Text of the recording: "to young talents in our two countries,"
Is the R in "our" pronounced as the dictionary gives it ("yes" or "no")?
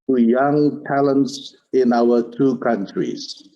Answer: no